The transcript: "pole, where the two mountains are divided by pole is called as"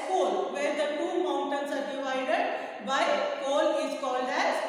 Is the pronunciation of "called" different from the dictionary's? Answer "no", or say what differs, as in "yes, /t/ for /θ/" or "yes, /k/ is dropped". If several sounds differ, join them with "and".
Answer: no